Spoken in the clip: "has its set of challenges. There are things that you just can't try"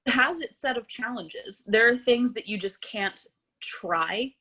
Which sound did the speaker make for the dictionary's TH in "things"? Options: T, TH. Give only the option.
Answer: TH